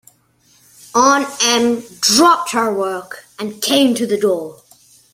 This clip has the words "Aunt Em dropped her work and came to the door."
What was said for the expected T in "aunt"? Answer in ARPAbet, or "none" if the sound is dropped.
none